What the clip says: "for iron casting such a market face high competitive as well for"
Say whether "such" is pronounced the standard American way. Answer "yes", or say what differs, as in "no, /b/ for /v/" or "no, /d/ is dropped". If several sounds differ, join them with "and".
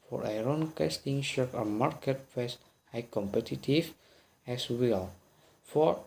no, /ʃ/ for /s/